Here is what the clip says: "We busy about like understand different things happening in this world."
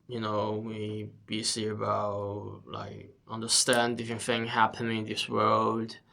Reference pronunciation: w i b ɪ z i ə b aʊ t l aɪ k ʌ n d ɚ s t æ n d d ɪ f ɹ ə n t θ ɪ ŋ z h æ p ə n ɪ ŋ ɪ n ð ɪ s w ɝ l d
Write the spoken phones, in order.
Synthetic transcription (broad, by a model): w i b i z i ə b aʊ t l aɪ k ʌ n d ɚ s t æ n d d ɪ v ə n θ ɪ ŋ h æ p ə n ɪ ŋ ɪ n ð ɪ s w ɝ l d